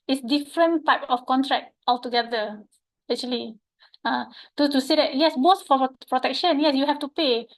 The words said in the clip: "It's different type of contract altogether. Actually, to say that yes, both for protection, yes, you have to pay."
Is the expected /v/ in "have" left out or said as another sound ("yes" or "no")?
yes